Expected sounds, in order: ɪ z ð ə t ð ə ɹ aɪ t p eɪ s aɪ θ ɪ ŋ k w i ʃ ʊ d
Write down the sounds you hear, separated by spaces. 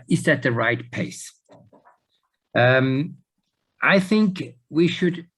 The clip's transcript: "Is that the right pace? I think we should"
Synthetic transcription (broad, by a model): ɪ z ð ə t ð ə ɹ aɪ t p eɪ s aɪ θ ɪ ŋ k w i ʃ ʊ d